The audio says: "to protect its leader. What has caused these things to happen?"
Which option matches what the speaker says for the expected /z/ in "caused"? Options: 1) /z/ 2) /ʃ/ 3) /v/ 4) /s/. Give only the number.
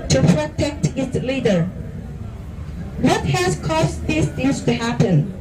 4